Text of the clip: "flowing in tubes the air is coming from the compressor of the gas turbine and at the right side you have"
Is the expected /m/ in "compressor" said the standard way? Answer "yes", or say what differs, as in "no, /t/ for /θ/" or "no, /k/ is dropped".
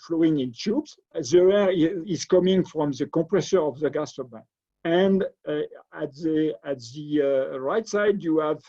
no, /m/ is dropped